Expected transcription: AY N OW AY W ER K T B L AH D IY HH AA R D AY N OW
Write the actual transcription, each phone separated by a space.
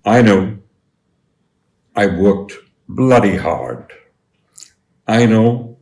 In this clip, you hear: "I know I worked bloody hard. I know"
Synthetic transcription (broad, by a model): AY N OW AY W ER K T B L AH D IY HH AA R D AY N OW